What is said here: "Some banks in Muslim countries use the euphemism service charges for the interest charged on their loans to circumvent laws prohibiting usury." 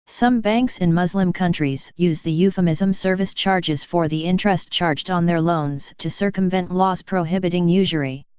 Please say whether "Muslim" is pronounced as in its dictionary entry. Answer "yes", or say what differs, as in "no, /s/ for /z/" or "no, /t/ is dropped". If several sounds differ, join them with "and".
yes